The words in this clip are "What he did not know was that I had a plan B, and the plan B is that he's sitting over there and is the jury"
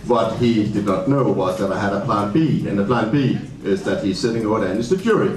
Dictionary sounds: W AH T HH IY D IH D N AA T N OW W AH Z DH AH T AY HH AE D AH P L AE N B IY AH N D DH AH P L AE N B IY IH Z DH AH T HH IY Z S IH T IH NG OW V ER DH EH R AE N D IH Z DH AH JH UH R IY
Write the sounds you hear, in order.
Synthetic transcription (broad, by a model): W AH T HH IY D IH D N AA T N OW W AH Z DH AH T AY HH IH D AH P L AE N B IY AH N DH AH P L AE N B IY IH Z DH AH T HH IY Z S IH T IH NG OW ER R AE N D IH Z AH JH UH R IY